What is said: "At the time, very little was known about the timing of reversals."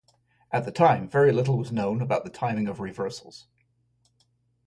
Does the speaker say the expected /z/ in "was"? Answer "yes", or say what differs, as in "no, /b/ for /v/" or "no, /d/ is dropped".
yes